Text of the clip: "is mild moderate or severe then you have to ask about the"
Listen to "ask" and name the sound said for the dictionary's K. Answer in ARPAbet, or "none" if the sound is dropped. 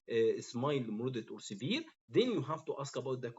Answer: K